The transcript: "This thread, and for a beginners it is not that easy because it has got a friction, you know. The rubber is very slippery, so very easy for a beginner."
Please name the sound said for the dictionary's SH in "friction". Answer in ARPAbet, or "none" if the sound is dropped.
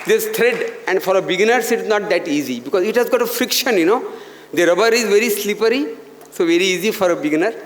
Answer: SH